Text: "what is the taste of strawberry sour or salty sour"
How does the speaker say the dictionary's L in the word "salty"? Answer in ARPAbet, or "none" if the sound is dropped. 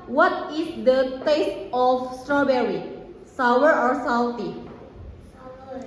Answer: W